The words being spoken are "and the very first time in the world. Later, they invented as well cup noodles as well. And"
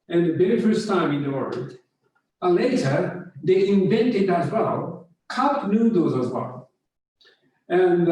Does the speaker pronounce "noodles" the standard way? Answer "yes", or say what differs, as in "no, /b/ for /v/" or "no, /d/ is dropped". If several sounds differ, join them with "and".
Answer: no, /l/ is dropped